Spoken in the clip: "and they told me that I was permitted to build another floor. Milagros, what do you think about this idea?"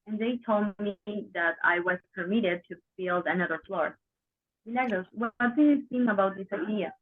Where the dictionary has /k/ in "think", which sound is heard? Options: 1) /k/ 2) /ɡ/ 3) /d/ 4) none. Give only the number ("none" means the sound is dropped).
4